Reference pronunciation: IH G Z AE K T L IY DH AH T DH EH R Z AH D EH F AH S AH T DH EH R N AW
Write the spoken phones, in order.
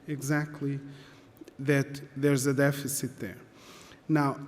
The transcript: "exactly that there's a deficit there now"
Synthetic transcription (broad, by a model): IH G Z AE K T L IY DH AH T DH EH R Z AH D EH F AH S AH T DH EH R N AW